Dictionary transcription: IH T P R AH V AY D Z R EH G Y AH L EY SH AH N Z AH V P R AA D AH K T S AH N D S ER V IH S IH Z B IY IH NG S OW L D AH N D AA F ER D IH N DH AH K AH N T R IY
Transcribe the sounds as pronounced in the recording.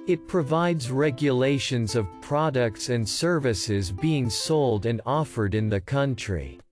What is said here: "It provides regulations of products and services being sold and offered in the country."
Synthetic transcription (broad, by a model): IH T P R AH V AY D Z R EH G Y AH L EY SH AH N Z AH V P R AA D AH K T S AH N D S ER V IH S IH Z B IY IH NG S OW L D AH N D AA F ER D IH N DH AH K AH N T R IY